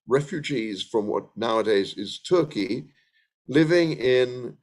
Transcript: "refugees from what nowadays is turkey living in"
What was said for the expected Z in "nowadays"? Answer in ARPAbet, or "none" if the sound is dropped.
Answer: Z